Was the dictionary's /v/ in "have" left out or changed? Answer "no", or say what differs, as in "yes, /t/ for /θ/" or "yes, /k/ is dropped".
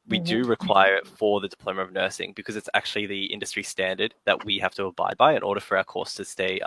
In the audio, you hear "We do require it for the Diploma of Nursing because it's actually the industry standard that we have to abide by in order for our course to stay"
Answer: yes, /f/ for /v/